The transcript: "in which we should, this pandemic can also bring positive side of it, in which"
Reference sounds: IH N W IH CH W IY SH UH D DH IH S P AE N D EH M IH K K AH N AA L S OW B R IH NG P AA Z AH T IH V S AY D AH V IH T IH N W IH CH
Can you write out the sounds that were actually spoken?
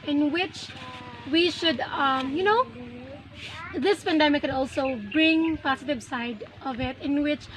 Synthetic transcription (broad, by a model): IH N W IH CH W IY SH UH D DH IH S P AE N D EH M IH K K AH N AA L S OW B R IH NG P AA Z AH T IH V S AY D AH V IH T IH N W IH CH